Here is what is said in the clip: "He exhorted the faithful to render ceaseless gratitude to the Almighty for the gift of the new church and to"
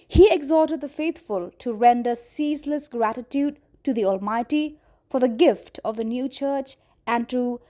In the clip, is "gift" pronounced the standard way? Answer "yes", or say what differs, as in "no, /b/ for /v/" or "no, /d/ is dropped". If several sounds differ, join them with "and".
yes